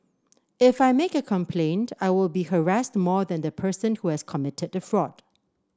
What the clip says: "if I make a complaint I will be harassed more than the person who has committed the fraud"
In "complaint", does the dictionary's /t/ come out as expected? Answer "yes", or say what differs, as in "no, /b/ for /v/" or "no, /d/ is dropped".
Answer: yes